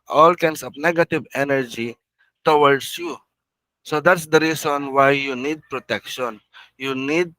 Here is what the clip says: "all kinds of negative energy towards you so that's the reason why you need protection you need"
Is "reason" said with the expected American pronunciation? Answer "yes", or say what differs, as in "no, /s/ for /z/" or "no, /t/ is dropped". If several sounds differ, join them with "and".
no, /s/ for /z/